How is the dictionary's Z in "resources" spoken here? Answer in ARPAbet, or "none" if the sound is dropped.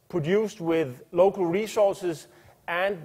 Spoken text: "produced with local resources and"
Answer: Z